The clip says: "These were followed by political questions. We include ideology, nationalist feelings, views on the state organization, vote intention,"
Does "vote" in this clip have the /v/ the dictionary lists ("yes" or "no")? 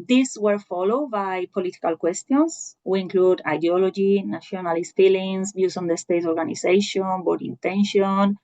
no